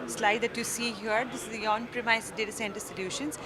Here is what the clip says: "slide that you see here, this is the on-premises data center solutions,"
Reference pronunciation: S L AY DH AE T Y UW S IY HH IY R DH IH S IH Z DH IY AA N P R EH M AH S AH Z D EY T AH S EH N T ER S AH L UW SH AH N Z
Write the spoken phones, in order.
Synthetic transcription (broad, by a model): S L AY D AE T Y UW S IY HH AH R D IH S IH Z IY AA N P R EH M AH AH S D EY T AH S EH N T ER S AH L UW SH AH N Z